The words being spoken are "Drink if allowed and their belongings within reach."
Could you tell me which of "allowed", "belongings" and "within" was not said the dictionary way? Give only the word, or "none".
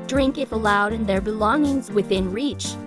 none